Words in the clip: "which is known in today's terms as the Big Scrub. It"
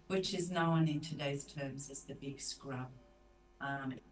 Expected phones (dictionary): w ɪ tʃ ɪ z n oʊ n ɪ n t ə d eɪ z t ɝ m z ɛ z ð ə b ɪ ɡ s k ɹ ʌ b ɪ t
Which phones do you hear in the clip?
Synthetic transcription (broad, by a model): w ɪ tʃ ɪ z n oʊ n ɪ n t ə d eɪ z t ɝ m z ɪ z ð ə b ɪ ɡ s k ɹ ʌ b t